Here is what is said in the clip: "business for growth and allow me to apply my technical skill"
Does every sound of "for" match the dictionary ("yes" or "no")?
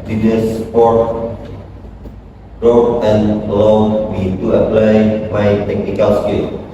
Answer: no